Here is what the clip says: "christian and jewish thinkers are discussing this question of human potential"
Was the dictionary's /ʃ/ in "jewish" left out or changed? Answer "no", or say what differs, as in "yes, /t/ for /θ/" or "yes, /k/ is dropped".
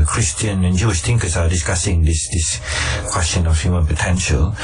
no